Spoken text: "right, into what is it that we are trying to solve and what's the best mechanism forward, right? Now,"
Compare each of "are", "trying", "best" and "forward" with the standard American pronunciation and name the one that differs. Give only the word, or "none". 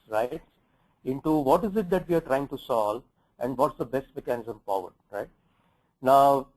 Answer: forward